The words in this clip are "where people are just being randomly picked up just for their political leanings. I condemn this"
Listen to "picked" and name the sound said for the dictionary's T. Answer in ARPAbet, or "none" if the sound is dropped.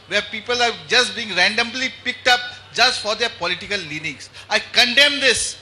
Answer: T